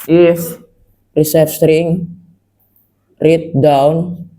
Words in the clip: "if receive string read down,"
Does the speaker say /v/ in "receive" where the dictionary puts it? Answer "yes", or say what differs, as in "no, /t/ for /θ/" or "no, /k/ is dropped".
no, /f/ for /v/